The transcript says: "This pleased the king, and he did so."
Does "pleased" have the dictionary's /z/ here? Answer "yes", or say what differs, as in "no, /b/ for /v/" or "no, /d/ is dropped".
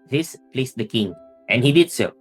no, /s/ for /z/